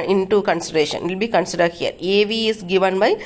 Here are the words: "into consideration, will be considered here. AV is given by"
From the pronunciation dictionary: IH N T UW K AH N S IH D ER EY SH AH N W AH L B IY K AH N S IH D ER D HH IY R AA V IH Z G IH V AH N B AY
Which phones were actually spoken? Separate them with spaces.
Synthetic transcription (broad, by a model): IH N T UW K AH N S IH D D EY SH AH N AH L B IY K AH N S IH D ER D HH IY R AA V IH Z G IH V AH N B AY